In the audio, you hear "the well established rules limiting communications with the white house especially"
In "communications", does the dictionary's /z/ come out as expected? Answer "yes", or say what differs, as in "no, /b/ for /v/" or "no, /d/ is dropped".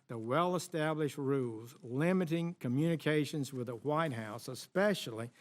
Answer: yes